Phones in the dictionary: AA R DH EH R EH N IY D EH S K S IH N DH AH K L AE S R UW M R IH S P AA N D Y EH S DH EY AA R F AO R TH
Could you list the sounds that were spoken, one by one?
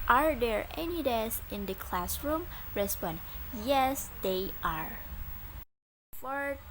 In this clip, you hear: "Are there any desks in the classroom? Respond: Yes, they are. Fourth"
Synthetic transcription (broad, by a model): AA R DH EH R EH N IY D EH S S IH N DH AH K L AE S R UW M R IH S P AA N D Y EH S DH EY AA R F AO R